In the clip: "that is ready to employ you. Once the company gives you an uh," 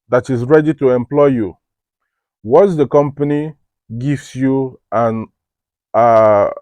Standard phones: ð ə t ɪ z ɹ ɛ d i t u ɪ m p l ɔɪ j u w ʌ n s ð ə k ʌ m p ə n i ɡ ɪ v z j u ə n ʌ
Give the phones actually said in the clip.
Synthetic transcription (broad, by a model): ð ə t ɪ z ɹ ɛ d i t u ɪ m p l ɔɪ j u w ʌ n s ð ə k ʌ m p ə n i ɡ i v s j u ə n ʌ